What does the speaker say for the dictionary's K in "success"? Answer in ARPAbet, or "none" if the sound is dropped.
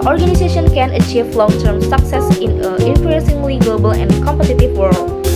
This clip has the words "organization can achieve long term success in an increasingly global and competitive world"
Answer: K